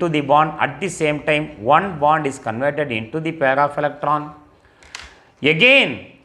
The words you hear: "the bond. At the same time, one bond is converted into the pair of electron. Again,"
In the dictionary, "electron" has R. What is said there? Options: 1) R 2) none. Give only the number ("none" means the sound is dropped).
1